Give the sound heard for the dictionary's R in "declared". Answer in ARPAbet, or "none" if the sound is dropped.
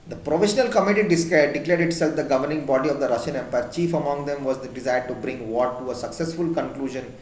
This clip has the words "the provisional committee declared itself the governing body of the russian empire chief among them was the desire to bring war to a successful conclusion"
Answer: L